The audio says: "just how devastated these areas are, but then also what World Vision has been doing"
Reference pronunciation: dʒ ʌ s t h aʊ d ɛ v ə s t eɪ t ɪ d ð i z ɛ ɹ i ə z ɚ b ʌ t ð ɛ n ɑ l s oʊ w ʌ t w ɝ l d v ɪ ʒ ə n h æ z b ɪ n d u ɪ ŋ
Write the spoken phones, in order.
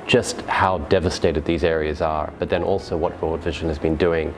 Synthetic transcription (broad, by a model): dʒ ʌ s t h aʊ d ɛ v ə s t eɪ t ɪ d ð i z ɛ ɹ i ə z ɚ b ʌ t ð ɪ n ɑ l s oʊ w ʌ t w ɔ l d v ɪ ʒ ə n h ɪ z b ɪ n d u ɪ ŋ